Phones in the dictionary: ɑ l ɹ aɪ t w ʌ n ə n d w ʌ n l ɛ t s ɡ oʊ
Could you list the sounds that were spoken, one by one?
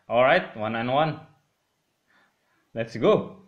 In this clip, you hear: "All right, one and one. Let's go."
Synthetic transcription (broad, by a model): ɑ l ɹ aɪ t w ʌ n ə n w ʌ n l ɛ t s ɡ oʊ